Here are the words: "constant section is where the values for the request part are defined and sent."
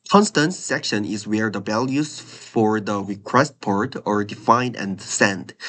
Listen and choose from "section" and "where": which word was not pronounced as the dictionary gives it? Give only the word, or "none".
none